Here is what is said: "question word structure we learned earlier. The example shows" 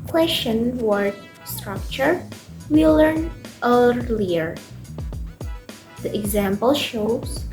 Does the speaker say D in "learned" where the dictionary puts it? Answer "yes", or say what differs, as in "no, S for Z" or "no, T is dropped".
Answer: no, D is dropped